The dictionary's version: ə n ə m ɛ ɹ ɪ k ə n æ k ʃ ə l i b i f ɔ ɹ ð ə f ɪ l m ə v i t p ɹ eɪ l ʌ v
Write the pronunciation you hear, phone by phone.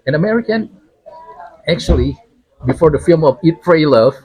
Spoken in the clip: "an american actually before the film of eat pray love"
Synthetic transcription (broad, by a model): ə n ə m ɛ ɹ ɪ k ə n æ k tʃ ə l i b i f ɔ ɹ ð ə f ɪ l m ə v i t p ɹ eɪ l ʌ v